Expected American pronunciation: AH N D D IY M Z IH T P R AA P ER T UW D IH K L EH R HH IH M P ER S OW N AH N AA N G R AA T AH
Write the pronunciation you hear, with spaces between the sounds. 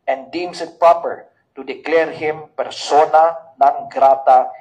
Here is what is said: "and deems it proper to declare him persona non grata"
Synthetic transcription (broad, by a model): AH N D D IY M S IH T P R AA P ER T UW D IH K L EH R HH IH M P ER S OW N AH N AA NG G R AA T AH